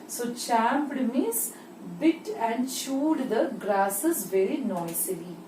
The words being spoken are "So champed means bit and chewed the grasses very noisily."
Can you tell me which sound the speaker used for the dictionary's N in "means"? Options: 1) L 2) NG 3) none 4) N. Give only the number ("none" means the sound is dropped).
3